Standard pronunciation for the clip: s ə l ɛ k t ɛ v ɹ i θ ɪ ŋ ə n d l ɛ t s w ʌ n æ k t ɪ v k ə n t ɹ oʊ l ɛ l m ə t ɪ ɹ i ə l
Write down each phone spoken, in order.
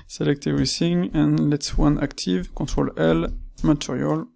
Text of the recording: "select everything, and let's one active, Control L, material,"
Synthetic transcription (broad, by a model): s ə l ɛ k t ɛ ɹ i s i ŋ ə n l ɛ t s w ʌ n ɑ k t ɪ v k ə t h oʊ l ɛ l m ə t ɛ ɹ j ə l